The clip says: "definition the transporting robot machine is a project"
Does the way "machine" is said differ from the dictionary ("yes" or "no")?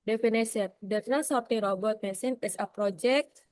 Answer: yes